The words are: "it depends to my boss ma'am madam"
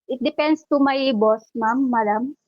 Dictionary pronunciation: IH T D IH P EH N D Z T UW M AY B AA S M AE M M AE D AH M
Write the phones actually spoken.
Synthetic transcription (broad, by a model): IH T D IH P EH N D S T UW M AY B AA S M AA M M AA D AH M